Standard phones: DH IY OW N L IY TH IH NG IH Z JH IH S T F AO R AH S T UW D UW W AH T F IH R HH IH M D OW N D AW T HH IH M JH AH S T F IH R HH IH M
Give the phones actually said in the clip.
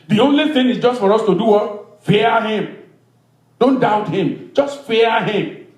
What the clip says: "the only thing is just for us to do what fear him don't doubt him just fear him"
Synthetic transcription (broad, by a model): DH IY OW N L IY TH IH NG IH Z JH IH S T F AO R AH S T UW D UW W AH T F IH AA HH IH M D OW N D AW T HH IH M JH AH S T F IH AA HH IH M